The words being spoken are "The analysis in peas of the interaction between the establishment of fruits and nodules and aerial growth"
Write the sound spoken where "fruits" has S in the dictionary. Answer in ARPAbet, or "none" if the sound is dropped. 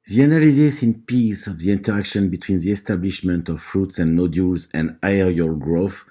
S